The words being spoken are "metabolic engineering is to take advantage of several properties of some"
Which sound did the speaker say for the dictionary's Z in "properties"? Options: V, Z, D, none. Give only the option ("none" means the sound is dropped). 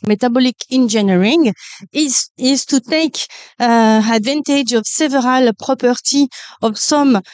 none